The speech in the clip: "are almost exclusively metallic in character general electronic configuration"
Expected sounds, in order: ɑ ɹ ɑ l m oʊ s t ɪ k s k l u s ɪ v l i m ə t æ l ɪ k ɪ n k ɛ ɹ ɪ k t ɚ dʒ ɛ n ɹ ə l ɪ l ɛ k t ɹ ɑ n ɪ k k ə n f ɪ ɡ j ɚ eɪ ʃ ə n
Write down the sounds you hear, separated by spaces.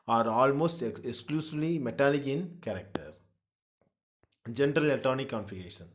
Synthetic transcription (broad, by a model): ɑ ɹ ɑ l m oʊ s t ɪ k s k l u s ɪ v l i m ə t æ l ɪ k ɪ n k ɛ ɹ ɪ k t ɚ dʒ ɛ n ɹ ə l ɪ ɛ t ɑ n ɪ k k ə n f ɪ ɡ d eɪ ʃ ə n